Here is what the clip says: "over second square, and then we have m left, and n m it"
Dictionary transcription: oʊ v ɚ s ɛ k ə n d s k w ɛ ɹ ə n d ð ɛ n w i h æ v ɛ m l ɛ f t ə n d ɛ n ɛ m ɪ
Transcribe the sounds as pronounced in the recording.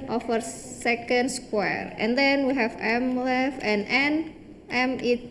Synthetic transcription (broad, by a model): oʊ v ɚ s ɛ k ə n d s k w ɛ ɹ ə n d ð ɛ n w i h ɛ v ɛ m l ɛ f ə n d ɛ n ɛ m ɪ